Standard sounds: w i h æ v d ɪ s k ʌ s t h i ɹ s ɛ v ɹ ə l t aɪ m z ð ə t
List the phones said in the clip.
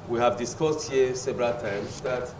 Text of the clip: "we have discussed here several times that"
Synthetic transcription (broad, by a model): w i h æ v d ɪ s k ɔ s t h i s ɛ b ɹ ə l t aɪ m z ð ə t